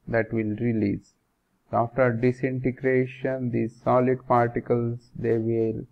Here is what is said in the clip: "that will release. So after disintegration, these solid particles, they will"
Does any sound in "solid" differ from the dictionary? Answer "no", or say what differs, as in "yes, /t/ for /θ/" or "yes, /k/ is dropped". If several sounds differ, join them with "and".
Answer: no